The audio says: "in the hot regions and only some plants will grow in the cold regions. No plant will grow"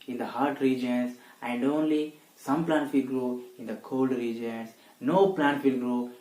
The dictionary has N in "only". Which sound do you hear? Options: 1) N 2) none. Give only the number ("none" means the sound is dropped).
1